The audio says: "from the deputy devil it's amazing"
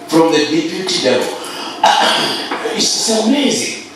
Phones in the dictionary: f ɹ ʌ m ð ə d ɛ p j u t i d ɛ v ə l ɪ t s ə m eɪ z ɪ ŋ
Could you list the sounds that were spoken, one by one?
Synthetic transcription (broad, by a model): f ɹ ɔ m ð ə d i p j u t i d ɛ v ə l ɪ s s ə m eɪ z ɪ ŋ